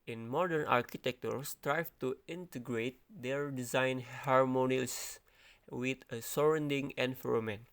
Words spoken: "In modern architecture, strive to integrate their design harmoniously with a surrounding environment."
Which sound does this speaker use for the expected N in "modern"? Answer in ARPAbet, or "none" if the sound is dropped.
N